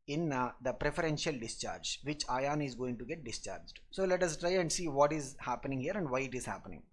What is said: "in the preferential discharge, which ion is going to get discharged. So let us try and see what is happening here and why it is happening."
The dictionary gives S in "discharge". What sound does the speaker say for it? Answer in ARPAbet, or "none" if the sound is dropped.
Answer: S